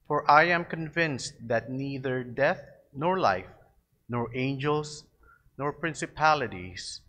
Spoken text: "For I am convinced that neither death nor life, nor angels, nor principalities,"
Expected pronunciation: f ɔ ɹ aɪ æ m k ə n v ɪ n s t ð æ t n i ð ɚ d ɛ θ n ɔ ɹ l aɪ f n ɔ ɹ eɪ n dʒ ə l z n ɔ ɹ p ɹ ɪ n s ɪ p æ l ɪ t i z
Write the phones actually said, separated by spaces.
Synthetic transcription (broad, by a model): f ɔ ɹ aɪ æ m k ə n v ɪ n s t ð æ t n i ð ɚ d ɛ θ n ɔ ɹ l aɪ f n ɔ ɹ eɪ n dʒ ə l s n ɔ ɹ p ɹ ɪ n s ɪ p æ l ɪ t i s